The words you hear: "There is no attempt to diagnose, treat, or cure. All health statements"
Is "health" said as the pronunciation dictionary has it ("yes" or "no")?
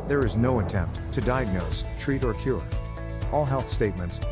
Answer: yes